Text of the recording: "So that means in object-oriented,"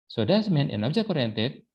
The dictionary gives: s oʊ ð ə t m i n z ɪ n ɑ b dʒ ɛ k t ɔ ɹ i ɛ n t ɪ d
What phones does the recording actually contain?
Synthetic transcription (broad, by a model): s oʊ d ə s m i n ɪ n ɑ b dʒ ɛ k ɔ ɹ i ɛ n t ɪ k